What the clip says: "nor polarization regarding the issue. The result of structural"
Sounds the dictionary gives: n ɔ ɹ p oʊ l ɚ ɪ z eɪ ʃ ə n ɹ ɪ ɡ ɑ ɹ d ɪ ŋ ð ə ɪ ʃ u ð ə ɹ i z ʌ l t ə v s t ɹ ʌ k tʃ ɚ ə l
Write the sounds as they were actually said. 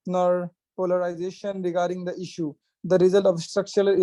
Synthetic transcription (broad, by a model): n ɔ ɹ p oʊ l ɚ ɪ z eɪ ʃ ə n ɹ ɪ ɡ ɑ ɹ d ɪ ŋ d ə ɪ ʃ u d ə ɹ i z ʌ l t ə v s t ɹ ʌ k tʃ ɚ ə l